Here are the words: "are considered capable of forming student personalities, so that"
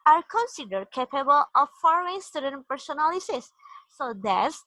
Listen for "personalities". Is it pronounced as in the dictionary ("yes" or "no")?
no